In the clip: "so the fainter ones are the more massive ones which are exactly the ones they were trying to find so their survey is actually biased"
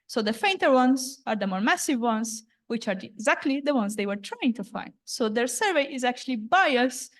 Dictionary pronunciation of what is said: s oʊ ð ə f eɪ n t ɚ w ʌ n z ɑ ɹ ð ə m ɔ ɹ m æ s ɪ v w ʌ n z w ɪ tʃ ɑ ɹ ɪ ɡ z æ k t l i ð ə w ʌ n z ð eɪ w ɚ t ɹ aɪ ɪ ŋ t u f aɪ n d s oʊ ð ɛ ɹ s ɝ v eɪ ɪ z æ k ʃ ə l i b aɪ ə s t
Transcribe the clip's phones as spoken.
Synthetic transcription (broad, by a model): s oʊ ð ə f eɪ n t ɚ w ʌ n z ɑ ɹ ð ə m ɔ ɹ m æ s ɪ v w ʌ n z w ɪ tʃ ɑ ɹ ɪ ɡ z æ k t l i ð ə w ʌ n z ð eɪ w ɚ t ɹ aɪ ɪ ŋ t u f aɪ n d s oʊ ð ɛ ɹ s ɝ v eɪ ɪ z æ k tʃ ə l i b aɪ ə s